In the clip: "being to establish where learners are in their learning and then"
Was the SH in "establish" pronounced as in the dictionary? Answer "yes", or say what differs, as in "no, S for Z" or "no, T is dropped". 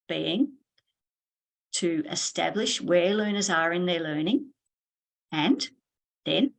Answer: yes